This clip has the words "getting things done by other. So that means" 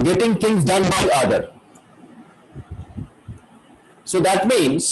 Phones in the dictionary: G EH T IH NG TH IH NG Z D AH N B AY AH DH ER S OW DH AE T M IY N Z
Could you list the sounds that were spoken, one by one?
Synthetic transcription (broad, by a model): G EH T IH NG T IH NG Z D AH N B AY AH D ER S OW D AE T M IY N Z